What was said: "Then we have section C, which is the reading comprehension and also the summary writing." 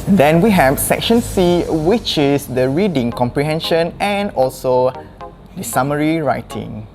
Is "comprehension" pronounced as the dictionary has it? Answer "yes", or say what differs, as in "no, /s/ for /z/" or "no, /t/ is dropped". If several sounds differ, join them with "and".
yes